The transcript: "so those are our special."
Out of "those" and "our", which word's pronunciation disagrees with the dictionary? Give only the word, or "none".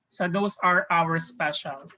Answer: those